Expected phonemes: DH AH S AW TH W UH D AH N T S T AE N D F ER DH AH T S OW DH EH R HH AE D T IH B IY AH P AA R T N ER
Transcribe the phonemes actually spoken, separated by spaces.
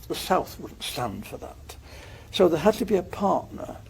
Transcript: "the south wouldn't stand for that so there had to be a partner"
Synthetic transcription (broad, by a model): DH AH S AW TH W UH D N T S T AE N D F ER DH AH T S OW DH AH R HH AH D T IH B IY AH P AA R T N ER